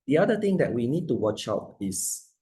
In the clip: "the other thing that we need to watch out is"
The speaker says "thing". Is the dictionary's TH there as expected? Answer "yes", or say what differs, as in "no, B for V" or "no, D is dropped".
no, T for TH